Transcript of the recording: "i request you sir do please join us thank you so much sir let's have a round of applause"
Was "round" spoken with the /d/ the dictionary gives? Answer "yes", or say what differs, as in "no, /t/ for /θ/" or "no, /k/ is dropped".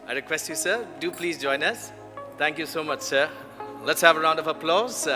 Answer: yes